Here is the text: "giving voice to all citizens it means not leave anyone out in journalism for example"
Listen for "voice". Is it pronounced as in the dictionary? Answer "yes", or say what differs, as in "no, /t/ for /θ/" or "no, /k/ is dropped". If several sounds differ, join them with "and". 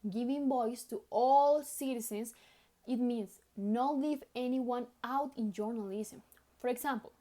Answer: no, /b/ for /v/